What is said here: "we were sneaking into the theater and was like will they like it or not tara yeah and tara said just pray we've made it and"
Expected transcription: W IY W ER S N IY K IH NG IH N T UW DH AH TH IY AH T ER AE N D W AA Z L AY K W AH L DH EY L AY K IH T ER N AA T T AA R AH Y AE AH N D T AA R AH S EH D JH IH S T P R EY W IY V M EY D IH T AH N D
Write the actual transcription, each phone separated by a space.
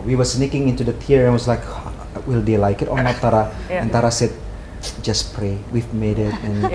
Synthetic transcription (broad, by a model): W IY W ER S N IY K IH NG IH N T UW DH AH T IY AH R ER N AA W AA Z L AY K W AH L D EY L AY K IH T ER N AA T T AA R AH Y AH N T AA R AH S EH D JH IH S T P R EY W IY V M EY D IH T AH N